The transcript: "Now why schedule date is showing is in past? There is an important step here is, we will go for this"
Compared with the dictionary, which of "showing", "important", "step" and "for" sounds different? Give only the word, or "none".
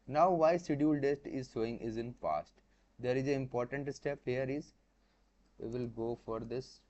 showing